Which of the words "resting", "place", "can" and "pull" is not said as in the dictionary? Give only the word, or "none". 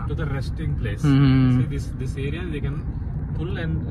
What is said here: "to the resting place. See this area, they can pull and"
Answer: pull